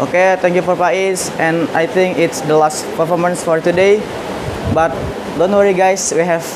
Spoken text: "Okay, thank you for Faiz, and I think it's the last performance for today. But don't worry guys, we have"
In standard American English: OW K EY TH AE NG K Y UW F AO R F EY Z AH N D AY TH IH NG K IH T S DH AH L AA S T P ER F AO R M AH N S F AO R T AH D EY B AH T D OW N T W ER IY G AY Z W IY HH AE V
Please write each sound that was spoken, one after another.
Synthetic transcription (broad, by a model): OW K EY T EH NG K Y UW F AO R P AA S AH N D AY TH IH NG K IH T S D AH L AA S T P ER F AO R M AH N S F AO R T AH D EY B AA T D OW N T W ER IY G AY S W IY HH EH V